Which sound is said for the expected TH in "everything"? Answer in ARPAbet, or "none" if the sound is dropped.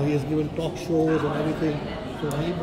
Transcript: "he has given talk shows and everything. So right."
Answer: T